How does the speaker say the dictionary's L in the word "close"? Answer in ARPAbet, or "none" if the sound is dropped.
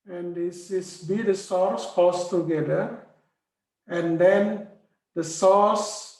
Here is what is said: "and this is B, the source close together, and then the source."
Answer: none